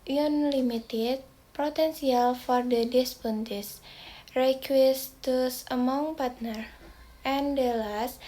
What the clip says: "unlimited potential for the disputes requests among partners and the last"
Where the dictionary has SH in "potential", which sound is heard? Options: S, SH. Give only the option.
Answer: S